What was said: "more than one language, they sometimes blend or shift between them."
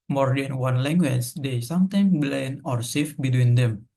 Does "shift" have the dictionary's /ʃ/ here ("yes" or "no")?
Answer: no